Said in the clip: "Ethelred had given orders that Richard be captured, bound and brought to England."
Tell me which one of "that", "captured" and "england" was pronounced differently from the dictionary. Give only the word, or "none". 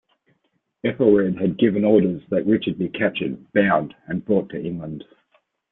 captured